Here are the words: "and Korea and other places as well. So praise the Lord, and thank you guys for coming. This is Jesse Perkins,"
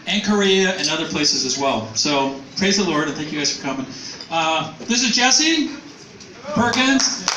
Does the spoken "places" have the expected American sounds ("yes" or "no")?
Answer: yes